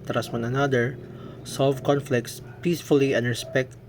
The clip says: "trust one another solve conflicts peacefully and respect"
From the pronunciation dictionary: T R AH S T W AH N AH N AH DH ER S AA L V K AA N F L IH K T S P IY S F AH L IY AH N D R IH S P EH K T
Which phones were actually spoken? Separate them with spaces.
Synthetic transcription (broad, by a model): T R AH S W AH N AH N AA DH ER S AA L V K AA N F L IH K T S P IY S F AH L IY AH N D R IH S P EH K T